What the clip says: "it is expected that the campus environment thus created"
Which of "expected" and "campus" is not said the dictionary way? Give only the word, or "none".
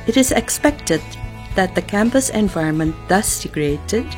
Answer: none